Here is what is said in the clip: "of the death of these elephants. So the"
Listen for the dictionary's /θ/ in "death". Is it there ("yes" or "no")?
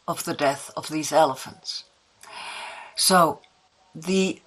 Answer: yes